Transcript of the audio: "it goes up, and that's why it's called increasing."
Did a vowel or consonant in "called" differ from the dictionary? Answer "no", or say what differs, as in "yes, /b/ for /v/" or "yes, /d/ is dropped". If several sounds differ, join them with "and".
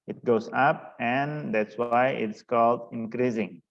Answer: no